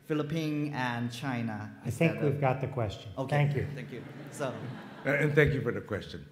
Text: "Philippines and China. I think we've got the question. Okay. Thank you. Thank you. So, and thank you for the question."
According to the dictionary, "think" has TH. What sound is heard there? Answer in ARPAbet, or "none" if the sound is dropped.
TH